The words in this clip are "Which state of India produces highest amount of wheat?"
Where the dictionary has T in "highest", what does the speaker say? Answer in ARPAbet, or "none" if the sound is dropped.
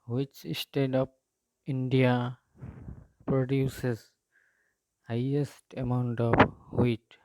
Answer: T